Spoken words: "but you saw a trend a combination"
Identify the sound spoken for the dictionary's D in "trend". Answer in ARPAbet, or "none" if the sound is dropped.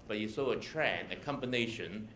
none